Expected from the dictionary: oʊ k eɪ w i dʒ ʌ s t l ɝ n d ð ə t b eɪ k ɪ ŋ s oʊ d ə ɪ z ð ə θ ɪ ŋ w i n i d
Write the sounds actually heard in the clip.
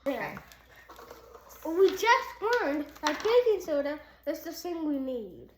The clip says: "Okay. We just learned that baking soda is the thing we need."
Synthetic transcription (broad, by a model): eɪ w i dʒ ʌ s t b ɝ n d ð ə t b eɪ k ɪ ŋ s oʊ d ə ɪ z ð ə s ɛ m w i n i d